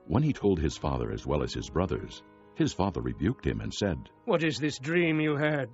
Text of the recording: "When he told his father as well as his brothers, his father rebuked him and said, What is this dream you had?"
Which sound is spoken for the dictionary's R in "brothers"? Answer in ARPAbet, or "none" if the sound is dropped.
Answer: R